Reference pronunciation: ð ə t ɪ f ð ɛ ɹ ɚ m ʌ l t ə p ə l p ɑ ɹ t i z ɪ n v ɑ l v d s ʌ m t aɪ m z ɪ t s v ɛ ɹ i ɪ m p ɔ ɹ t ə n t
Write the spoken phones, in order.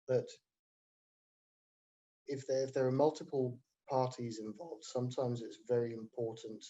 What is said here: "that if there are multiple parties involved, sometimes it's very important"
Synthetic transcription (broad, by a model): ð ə t ɪ f ð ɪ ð ɚ m ʌ l t ə p ə l p ɑ t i z ɪ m v ɑ l v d s ʌ m t aɪ m z ɪ t s v ɛ ɹ i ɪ m p ɔ t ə n t